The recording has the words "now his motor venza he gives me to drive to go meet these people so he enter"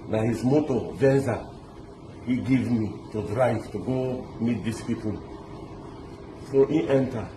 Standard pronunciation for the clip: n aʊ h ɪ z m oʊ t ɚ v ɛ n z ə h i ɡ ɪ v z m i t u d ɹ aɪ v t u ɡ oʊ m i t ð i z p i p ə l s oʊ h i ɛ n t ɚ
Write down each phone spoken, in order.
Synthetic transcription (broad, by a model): n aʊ h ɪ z m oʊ t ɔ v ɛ n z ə h i ɡ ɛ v m i t u d ɹ aɪ v t u ɡ oʊ m i t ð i s p i p ə l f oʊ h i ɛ n t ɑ